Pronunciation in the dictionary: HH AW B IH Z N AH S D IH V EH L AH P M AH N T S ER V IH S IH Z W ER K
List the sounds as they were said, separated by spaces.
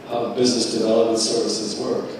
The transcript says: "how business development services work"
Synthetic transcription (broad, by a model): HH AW B IH Z N AH S D IH V EH L AH P M AH N T S ER V IH S IH Z W ER K